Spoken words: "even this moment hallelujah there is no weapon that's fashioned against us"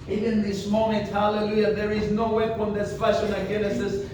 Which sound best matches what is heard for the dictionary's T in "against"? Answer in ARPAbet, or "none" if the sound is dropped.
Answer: none